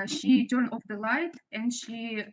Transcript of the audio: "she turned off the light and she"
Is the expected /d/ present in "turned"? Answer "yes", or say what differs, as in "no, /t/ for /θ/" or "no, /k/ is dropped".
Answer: no, /d/ is dropped